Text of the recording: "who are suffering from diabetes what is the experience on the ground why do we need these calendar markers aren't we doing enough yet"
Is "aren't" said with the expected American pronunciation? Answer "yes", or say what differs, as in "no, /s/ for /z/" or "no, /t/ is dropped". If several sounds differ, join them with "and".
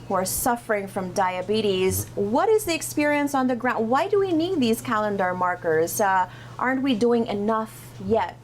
yes